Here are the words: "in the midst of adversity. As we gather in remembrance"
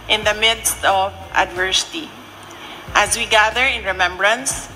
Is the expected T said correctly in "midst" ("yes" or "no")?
yes